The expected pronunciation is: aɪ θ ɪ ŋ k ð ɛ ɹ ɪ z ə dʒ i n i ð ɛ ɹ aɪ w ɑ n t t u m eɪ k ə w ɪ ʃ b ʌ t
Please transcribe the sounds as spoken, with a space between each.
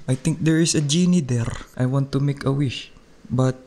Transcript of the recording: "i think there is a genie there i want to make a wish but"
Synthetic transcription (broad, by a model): aɪ t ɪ ŋ k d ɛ ɹ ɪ s ə dʒ i n i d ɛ ɹ aɪ w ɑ n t t u m eɪ k ə w ɪ ʃ b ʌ t